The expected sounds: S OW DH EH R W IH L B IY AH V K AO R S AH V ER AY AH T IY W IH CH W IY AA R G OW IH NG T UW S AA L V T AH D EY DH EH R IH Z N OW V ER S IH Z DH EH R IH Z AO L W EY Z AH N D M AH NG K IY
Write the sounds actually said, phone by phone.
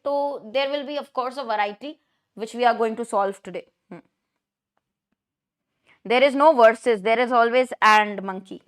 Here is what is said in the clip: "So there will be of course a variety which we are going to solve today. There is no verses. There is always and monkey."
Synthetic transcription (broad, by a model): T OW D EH R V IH L B IY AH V K AO R S AH V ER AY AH T IY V IH CH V IY AA R G OW IH NG T UW S AA L V T AH D EY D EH R IH Z N OW V ER S IH Z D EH R IH Z AO L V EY Z AH N D M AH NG K IY